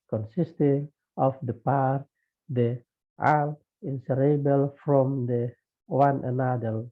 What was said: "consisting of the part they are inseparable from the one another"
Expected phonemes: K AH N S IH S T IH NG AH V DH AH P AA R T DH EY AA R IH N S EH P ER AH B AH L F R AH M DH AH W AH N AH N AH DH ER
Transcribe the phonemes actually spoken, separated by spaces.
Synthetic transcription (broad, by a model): K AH N S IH S T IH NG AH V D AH P AA R T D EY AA L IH N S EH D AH B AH L F R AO M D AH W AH N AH N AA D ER